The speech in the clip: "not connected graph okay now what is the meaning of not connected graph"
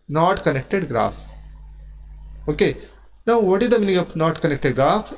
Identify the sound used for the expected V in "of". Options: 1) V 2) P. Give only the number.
2